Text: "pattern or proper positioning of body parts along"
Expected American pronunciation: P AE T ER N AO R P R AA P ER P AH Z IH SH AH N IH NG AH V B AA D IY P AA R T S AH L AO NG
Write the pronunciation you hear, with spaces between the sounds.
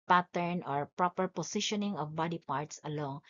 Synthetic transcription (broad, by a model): P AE T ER N AO R P R AA P ER P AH S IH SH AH N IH NG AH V B AA D IY P AA R T S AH L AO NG